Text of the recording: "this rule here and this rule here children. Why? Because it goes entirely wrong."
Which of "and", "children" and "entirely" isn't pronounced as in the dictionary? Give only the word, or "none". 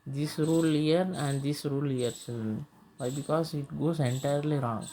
children